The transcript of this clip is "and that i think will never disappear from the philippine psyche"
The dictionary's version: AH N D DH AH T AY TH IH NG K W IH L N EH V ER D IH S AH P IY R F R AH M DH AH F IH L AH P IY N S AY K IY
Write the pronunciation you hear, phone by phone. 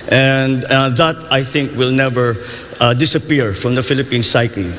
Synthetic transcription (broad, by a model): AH N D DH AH T AY TH IH NG K W IH L N EH V ER D IH S AH P IY R F R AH M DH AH F IH L AH P IY N S AY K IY